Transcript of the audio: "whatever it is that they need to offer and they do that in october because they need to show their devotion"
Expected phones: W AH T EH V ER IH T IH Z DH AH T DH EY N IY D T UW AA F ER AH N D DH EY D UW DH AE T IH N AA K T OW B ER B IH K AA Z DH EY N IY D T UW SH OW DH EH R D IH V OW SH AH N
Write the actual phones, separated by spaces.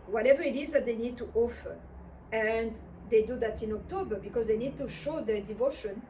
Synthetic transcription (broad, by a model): W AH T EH V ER IH T IH Z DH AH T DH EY N IY D T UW AA F ER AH N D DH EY D UW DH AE T IH N AA K T OW B ER B IH K AA Z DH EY N IY D T UW SH OW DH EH D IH V OW SH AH N